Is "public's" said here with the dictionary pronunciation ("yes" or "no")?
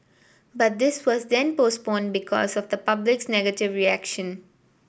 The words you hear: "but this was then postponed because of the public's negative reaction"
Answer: yes